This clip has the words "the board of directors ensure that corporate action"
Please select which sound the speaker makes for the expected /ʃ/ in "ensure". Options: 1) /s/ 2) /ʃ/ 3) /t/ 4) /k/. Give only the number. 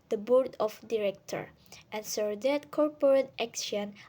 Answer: 1